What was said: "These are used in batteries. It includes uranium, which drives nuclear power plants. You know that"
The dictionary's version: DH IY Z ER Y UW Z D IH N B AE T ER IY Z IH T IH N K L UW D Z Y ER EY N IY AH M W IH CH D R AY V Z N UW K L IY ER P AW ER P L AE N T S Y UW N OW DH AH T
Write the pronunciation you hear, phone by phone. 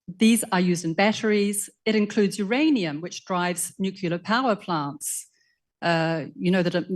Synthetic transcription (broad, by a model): DH IY Z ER Y UW Z D IH N B AE T ER IY Z IH T IH N K L UW D Z Y ER EY N IY AH M W IH CH D R AY V Z N UW K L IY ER P AW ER P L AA N T S Y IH N OW DH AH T